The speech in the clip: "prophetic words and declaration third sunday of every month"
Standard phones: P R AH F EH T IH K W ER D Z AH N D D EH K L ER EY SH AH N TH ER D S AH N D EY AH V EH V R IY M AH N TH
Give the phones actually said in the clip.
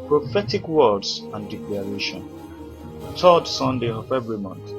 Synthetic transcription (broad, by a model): P R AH F EH T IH K W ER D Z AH N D D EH K L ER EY SH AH N T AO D S AH N D EY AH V EH V R IY M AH N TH